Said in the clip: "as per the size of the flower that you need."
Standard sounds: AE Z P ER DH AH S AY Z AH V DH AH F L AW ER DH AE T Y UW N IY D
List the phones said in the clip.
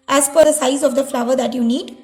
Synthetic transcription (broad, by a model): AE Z F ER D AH S AY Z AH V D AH F L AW ER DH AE T Y UW N IY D